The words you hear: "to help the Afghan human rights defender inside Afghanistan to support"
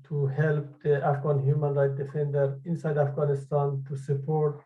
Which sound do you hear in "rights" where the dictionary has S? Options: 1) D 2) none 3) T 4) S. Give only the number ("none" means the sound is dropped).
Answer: 2